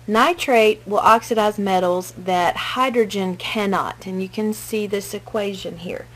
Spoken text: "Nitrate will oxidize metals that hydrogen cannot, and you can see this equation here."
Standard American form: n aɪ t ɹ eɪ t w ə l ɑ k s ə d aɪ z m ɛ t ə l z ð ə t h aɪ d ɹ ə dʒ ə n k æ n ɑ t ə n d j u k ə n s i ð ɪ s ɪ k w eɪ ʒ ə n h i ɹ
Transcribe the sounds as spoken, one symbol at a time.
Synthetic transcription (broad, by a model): n aɪ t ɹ eɪ t w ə l ɑ k s ə d aɪ z m ɛ t l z ð ə t h aɪ d ɹ ə dʒ ə n k æ n ɑ t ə n j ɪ k ə n s i ð ɪ s ɪ k w eɪ ʒ ə n h i ɹ